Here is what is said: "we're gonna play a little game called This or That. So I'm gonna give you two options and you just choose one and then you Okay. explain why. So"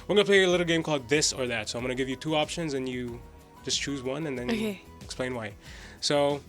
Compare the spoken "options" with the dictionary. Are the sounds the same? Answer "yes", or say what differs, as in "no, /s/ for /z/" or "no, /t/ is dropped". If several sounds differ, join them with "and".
yes